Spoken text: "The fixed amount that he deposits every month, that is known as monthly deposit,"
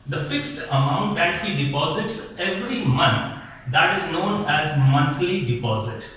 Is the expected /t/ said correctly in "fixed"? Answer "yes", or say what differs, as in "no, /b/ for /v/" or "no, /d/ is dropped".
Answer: yes